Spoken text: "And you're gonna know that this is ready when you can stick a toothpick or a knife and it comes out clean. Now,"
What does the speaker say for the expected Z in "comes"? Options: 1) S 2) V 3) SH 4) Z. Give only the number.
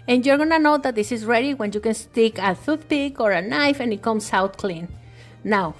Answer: 1